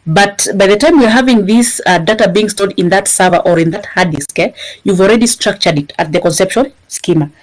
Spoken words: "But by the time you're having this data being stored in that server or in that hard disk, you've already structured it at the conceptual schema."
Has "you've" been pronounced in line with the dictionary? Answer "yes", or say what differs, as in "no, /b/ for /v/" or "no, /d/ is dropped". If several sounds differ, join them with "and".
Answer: yes